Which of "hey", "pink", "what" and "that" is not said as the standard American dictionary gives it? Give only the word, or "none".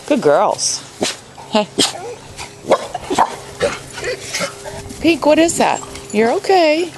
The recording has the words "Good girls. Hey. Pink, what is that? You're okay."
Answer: pink